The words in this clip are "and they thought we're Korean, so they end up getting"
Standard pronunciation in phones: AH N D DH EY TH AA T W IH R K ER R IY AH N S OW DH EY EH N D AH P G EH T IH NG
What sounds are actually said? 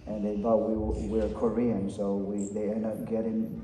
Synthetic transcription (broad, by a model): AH N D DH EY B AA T W IH R K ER R IY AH N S OW DH EY EH N D AH P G EH T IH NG